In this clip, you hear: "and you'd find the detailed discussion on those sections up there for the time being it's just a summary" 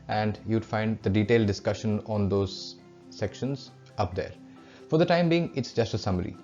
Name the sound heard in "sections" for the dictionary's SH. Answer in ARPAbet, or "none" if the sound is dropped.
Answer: SH